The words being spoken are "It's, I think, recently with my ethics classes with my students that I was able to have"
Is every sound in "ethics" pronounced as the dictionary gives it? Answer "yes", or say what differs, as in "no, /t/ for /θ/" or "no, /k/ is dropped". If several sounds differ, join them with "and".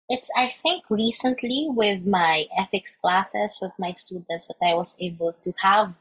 no, /f/ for /θ/